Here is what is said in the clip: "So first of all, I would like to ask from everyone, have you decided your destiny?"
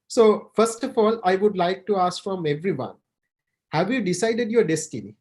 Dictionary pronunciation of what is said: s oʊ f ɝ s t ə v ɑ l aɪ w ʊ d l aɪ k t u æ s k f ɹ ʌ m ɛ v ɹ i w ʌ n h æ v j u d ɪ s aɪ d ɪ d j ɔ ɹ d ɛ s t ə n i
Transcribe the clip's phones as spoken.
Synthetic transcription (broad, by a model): s oʊ f ɝ s t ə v ɑ l aɪ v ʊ d l aɪ k t u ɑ s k f ɹ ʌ m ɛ v ɹ i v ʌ n h æ v j u d ɪ s aɪ d ɪ d j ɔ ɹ d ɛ s t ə n i